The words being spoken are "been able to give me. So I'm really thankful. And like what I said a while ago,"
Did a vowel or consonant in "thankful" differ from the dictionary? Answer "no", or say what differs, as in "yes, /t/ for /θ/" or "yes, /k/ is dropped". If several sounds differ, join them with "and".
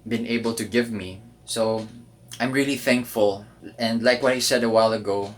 no